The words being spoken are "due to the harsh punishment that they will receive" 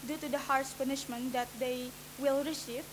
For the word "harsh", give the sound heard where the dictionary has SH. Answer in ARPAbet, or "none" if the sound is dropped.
S